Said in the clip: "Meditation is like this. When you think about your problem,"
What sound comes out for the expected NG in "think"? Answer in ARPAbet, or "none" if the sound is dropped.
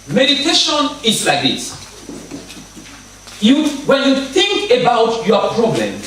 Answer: NG